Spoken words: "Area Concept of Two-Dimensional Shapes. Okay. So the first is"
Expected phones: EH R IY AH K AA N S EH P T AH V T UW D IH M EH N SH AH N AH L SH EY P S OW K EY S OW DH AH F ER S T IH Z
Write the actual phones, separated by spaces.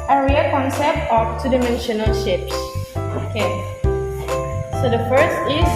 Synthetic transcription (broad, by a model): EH R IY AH K AA N S EH P T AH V T UW D IH M EH N SH AH N AH L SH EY P S OW K EY S OW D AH F ER S T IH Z